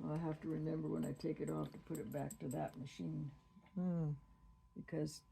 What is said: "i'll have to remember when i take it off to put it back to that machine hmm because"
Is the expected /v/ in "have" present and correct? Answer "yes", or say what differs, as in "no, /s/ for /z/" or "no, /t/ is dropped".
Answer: no, /f/ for /v/